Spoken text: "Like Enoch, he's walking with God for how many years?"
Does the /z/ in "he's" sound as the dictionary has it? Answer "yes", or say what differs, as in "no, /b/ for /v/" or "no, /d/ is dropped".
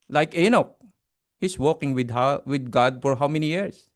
no, /s/ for /z/